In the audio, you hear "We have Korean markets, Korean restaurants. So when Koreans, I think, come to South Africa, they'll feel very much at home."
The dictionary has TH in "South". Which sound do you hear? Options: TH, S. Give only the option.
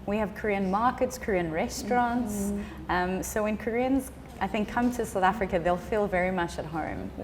TH